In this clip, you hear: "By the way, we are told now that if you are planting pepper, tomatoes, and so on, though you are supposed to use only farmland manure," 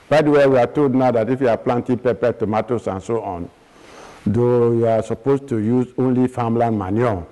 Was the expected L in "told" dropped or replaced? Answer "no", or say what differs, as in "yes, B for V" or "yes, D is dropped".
no